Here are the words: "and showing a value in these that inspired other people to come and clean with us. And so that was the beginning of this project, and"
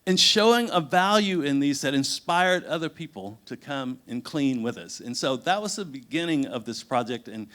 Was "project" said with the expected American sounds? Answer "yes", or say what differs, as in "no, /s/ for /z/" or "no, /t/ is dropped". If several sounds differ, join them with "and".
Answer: yes